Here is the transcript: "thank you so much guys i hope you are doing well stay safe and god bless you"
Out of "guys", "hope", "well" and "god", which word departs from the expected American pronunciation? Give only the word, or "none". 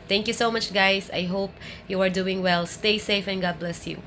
guys